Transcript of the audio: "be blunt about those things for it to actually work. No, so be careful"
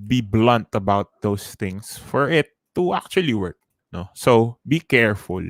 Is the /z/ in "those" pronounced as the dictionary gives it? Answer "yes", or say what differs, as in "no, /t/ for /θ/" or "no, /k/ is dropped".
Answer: no, /s/ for /z/